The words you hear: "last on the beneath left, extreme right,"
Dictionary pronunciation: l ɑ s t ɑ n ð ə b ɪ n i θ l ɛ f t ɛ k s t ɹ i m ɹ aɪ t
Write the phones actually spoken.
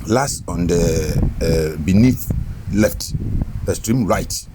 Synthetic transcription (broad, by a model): l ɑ s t ɑ n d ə b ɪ n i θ l ɛ f t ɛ s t ɹ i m ɹ aɪ t